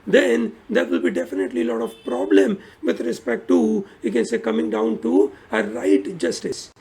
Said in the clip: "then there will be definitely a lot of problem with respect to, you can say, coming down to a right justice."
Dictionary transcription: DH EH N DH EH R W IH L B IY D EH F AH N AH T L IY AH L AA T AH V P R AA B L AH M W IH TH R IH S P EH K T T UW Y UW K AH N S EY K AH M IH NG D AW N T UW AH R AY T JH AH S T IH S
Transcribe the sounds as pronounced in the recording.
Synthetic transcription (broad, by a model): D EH N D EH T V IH L B IY D EH F AH N AH T L IY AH L AA T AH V P R AA B L AH M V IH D R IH S P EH K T T UW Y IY K AH N S EY K AH M IH NG D AW N T UW AH R AY T JH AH S T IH S